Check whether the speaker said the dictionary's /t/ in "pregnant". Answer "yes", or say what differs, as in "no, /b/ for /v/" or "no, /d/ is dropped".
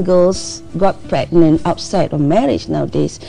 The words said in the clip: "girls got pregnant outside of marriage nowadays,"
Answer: no, /t/ is dropped